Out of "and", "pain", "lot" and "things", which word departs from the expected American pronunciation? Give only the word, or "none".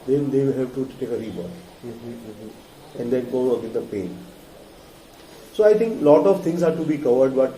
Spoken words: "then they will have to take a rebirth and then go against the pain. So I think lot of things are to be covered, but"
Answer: things